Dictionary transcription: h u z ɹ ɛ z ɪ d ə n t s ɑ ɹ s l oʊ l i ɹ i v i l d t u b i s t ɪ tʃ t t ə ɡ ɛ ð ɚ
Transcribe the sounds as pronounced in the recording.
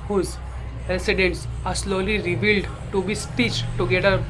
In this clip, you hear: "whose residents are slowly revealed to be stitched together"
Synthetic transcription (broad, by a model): h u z ɹ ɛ s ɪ d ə n t s ɑ ɹ s l oʊ l i ɹ i v i l d t u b i s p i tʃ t t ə ɡ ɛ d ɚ